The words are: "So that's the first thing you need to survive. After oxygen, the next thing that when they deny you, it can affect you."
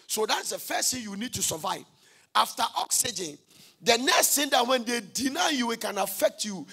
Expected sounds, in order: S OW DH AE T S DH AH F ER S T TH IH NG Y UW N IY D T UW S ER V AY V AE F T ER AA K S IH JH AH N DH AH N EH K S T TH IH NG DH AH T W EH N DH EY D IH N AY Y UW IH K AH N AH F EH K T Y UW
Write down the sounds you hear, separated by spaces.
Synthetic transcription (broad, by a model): S OW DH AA T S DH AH F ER S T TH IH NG Y UW N IY D T UW S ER V AY V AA F T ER AA K S IH JH AH N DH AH N EH K S T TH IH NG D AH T W EH N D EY D IH N AY Y UW IH K AH N AH F EH K T Y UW